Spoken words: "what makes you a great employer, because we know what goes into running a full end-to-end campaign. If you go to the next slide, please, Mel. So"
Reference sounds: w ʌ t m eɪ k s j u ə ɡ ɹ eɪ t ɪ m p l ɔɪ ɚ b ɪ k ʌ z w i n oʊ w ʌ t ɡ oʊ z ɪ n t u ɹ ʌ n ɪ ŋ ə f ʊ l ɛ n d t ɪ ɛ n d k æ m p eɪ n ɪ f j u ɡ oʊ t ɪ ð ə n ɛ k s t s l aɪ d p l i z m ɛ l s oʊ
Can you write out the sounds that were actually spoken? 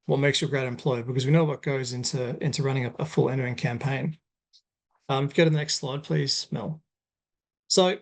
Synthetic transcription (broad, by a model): w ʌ t m eɪ k s j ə ɡ ɹ eɪ t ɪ m p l ɔɪ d b ɪ k ʌ z w i n oʊ w ʌ t ɡ oʊ z ɪ n t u ɹ ʌ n ɪ ŋ ə f ʊ l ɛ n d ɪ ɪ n k æ m p eɪ n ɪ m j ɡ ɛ t ɪ ð ə n ɛ k s t s l aɪ d p l i z m ɛ l s oʊ